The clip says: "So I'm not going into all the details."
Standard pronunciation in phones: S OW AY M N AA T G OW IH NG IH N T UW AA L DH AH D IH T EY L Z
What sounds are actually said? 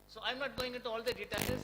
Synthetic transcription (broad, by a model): S OW AY M N AA T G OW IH NG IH T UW AA L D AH D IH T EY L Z